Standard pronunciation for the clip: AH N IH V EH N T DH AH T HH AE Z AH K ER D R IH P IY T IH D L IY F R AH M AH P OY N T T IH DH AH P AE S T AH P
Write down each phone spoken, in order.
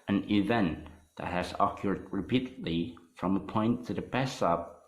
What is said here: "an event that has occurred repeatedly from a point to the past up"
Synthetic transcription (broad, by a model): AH N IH V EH N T DH AH T HH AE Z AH K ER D R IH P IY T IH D L IY F R AH M AH P OY N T T IH DH AH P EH S AH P